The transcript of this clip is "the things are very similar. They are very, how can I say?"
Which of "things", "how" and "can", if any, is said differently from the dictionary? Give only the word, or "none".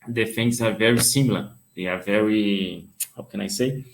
things